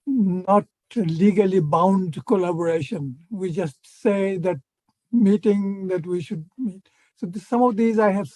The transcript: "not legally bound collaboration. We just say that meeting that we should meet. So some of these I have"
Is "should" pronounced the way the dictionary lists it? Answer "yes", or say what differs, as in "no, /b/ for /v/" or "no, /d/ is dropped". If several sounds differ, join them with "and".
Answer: yes